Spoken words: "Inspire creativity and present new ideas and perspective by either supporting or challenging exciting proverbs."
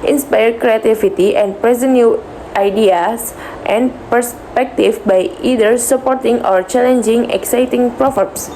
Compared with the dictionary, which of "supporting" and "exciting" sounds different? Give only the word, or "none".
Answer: none